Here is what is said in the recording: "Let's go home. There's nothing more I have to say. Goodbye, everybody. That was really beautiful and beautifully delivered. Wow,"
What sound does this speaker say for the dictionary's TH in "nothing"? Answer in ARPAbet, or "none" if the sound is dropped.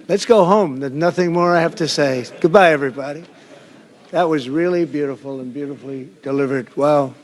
TH